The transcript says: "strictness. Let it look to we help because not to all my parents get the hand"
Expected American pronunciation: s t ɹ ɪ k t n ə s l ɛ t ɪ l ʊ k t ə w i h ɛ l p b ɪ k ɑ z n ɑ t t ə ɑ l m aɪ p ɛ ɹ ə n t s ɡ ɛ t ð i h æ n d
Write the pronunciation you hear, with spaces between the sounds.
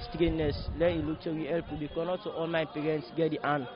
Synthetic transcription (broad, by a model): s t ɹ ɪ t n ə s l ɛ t ɪ l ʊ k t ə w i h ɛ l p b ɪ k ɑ n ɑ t t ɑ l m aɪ p ɛ ɹ ə n t s ɡ ɛ t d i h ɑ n